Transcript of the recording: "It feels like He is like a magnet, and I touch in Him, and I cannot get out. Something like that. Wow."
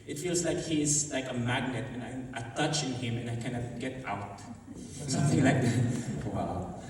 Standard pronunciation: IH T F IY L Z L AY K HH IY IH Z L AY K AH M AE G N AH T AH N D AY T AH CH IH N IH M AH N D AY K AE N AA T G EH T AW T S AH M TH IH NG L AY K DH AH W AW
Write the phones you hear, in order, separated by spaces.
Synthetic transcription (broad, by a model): IH T F IY L Z L AY K HH IY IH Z L AY K AH M AE G N AH T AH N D AY T AH CH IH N IH M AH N AY K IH N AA G EH T AW T S AH M TH IH NG L AY K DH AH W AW